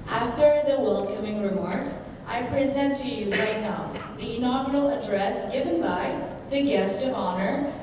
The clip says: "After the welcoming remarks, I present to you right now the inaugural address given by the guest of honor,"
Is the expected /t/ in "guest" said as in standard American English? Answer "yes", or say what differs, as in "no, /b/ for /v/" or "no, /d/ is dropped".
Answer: yes